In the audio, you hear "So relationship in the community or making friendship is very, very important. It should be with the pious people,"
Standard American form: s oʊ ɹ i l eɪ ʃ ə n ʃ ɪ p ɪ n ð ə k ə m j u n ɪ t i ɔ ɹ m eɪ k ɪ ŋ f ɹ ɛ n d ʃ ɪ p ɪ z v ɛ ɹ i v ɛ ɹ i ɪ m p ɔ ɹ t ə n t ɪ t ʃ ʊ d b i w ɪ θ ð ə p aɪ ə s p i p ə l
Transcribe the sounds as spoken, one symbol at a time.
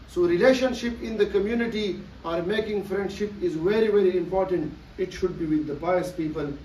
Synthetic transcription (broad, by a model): s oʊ ɹ i l eɪ ʃ ə n ʃ ɪ p ɪ n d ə k ə m j u n ɪ t i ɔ ɹ m eɪ k ɪ ŋ f ɹ ɛ n d ʃ ɪ p ɪ z v ɛ ɹ i v ɛ ɹ i ɪ m p ɔ ɹ t ə n t ɪ t ʃ ʊ d b i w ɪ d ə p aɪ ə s p i p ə l